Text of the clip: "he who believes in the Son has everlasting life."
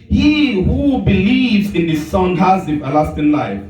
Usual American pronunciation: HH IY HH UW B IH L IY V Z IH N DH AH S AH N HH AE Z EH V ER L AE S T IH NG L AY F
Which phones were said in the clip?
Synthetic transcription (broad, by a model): HH IY HH UW B IH L IY V Z IH N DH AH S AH N HH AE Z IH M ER L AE S T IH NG L AY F